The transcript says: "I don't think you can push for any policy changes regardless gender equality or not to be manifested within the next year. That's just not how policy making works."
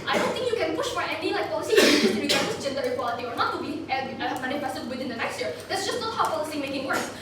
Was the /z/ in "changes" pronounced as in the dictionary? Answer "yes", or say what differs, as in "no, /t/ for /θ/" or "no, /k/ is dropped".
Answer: no, /z/ is dropped